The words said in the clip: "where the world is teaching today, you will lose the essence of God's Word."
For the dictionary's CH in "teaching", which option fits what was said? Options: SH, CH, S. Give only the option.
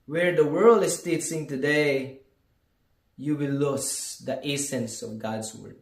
S